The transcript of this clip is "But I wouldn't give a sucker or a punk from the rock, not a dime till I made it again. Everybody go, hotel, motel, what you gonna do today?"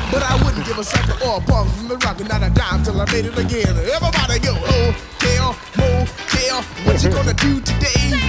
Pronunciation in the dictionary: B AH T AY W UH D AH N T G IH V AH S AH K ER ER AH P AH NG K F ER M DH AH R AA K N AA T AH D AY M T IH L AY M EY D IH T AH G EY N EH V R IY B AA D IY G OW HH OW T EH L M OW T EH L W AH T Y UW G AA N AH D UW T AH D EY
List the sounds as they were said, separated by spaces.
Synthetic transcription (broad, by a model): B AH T AY W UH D N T G IH V AH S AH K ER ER AH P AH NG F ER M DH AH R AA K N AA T AH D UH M T IH L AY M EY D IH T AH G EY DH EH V IY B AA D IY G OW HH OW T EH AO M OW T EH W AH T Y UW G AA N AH D UW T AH D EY